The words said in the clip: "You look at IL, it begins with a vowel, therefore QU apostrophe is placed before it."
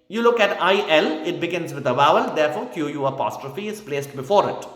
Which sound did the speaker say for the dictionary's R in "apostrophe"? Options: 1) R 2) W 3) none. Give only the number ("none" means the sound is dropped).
1